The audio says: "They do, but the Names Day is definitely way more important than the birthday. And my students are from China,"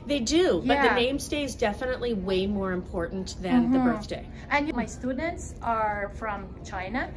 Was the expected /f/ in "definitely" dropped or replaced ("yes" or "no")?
no